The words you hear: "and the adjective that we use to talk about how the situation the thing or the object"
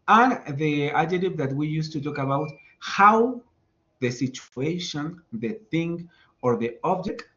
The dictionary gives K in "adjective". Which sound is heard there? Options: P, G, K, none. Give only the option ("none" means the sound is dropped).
none